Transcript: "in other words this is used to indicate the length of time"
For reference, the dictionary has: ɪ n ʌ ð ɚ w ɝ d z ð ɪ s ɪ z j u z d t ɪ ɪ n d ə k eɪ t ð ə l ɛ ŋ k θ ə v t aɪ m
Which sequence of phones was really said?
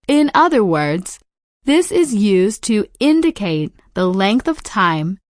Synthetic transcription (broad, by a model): ɪ n ʌ ð ɚ w ɝ d z ð ɪ s ɪ z j u z t ɪ ɪ n d ə k eɪ t ð ə l ɛ ŋ k θ ə v t aɪ m